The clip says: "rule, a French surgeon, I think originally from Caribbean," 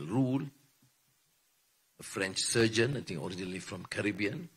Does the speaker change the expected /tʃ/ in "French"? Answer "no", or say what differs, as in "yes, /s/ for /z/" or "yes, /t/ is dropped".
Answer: no